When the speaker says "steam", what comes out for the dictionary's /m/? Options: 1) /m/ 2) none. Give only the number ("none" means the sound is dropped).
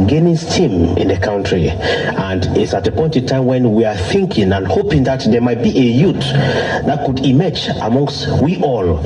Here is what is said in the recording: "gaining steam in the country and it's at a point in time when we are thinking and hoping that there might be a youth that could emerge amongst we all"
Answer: 1